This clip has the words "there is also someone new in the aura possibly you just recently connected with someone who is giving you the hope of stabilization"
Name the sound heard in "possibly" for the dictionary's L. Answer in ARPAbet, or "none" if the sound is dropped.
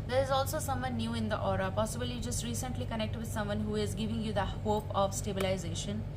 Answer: none